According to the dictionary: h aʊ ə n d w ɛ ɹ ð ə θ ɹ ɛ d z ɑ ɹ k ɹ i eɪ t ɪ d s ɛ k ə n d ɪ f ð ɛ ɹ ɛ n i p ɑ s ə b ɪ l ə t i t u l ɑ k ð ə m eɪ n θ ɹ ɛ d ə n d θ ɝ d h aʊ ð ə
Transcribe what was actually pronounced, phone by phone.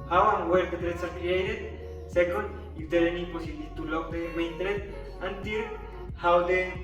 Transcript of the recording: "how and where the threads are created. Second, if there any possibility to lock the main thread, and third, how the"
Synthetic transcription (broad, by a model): h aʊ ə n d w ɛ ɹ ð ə t ɹ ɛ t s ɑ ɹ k ɹ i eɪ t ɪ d s ɛ k ə n d ɪ f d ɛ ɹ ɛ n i p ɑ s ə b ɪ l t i t u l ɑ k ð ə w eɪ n t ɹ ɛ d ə n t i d h aʊ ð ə